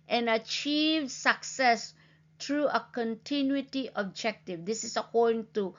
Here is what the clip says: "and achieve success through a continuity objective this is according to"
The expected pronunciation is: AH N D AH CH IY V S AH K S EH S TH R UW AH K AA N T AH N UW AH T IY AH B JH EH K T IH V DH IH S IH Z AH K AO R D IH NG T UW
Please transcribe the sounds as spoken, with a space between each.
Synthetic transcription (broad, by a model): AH N AH CH IY V S AH K S EH S T R UW AH K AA N T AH N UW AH T IY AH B JH EH K T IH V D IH S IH S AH K AO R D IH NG T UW